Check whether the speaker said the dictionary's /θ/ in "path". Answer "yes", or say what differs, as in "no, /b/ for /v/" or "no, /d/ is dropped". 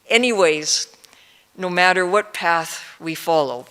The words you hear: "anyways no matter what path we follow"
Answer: yes